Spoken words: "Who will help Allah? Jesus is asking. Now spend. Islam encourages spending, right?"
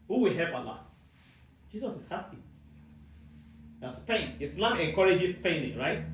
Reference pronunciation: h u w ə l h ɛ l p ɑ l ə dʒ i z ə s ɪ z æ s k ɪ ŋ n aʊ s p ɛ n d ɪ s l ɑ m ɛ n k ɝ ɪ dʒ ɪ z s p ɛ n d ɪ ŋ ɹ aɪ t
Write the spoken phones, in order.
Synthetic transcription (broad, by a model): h u w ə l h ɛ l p ɑ l ə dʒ i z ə s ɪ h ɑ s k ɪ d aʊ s p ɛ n ɪ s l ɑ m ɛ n k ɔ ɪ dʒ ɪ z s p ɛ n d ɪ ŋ ɹ aɪ t